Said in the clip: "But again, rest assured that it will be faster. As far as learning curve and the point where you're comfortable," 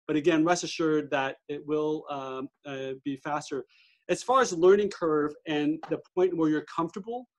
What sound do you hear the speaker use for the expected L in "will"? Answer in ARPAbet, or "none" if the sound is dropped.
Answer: L